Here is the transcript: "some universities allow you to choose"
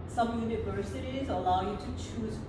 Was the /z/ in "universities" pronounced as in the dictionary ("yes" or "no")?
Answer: yes